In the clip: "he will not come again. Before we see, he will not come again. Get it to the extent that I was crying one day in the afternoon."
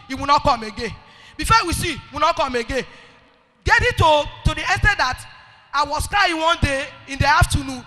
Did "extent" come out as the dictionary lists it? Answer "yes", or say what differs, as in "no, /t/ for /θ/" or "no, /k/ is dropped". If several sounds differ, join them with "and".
no, /k/ is dropped